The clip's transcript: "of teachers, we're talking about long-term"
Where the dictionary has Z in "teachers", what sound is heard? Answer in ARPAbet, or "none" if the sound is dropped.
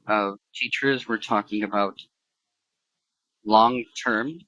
Z